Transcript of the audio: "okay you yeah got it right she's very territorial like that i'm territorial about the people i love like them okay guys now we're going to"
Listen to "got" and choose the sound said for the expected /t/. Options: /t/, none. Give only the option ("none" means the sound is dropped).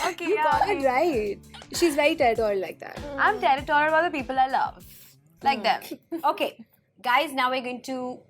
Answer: none